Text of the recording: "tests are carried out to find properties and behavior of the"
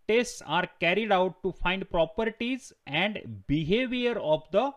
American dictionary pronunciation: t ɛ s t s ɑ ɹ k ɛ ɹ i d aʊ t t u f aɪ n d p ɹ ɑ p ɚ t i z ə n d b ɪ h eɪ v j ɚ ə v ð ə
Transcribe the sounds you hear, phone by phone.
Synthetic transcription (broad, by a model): t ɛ s t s ɑ ɹ k ɛ ɹ i d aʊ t t u f aɪ n d p ɹ ɑ p ɚ t i z ə n d b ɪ h eɪ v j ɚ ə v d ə